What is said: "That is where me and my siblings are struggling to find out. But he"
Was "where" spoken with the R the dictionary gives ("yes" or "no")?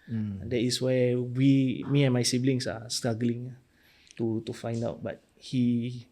no